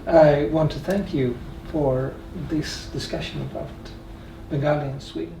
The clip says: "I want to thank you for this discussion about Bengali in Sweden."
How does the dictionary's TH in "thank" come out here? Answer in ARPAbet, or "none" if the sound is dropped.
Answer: TH